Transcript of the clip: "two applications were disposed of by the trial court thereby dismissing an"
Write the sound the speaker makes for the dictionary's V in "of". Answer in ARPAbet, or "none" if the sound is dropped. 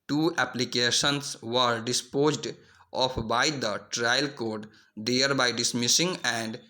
P